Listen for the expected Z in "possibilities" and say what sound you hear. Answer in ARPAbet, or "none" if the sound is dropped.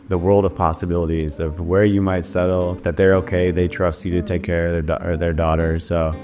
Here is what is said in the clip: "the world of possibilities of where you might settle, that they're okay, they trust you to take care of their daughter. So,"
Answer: Z